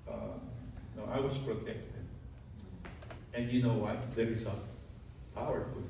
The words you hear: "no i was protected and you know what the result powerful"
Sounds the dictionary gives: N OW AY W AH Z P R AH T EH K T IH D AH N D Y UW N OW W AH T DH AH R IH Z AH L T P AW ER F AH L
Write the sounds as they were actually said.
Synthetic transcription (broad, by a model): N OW AY W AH S P R AH T EH K T IH D AH N D Y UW N OW W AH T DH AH R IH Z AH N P AW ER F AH